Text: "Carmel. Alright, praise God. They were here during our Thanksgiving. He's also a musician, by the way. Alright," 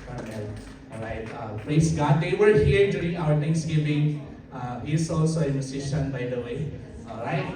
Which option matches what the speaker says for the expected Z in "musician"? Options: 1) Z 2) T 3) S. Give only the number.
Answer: 3